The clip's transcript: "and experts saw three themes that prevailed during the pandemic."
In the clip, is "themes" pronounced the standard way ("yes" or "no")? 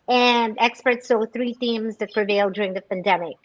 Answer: yes